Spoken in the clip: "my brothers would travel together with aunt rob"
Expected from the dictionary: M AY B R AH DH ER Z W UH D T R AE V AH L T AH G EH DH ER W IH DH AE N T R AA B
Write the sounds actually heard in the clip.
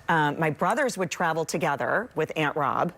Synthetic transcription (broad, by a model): M AY B R AH DH ER Z W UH D T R AE V L T AH G EH DH ER W IH DH AE N T R AA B